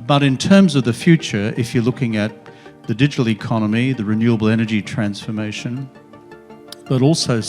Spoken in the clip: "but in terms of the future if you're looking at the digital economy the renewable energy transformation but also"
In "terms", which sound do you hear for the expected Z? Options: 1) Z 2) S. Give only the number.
1